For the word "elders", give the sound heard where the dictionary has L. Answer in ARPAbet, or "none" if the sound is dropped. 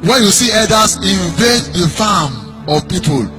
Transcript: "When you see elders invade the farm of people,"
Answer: none